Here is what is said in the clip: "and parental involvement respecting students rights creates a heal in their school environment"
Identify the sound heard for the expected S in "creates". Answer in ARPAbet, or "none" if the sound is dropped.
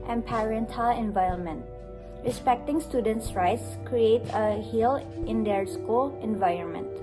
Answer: none